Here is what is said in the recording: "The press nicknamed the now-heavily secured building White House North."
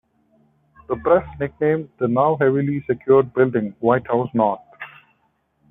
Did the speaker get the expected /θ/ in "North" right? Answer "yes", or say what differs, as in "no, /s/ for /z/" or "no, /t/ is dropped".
no, /t/ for /θ/